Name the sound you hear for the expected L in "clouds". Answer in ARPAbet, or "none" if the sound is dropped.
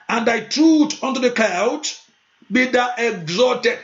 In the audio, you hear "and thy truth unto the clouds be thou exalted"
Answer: none